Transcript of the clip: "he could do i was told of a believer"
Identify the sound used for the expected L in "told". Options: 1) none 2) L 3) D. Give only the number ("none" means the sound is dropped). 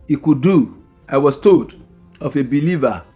1